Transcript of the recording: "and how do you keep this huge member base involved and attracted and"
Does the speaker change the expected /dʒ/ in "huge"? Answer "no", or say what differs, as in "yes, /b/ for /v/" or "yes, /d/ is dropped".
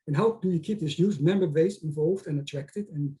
yes, /z/ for /dʒ/